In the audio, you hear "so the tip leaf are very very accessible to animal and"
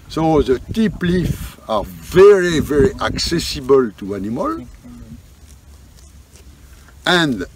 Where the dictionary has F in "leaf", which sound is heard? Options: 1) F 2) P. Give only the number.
1